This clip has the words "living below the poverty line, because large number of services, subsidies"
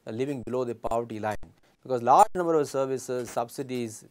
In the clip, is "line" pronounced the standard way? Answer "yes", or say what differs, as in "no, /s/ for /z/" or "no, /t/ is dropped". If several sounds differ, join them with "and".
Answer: yes